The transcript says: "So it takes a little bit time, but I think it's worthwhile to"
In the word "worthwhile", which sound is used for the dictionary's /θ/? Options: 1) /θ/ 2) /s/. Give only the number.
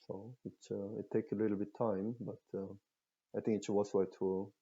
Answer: 2